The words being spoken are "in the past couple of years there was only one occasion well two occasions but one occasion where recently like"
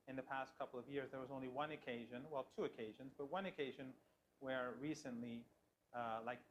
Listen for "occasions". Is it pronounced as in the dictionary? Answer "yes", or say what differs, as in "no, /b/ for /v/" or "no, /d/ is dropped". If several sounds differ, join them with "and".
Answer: yes